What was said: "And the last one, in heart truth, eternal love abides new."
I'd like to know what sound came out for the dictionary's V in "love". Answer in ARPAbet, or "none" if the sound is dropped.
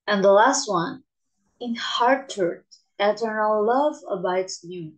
V